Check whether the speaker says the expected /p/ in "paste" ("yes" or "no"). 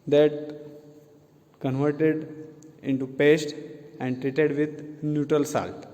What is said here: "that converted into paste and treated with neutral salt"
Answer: yes